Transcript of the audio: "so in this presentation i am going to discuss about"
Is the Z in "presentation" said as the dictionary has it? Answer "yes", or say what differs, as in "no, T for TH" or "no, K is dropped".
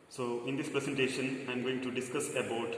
no, S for Z